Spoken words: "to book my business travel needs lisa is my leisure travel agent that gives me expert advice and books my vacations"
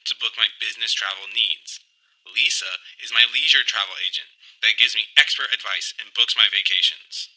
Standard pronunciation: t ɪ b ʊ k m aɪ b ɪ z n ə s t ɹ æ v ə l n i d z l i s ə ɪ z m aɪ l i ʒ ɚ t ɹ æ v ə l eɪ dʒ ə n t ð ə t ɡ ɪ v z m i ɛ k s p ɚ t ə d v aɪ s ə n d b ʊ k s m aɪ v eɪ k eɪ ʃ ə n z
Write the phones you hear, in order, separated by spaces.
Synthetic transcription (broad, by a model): t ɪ b ʊ k m aɪ b ɪ z n ə s t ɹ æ v l n i d z l i s ə ɪ z m aɪ l i ʒ ɚ t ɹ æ v l eɪ dʒ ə n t ð ə t ɡ ɪ v z m i ɛ k s p ɚ t ə d v aɪ s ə n b ʊ k s m aɪ v eɪ k eɪ ʃ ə n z